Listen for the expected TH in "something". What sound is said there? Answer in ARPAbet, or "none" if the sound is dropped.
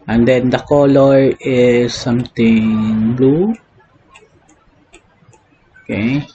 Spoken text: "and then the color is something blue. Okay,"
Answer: T